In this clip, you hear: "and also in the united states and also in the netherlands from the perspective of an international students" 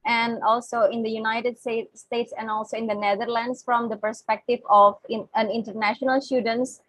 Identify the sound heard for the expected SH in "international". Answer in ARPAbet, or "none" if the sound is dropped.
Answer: SH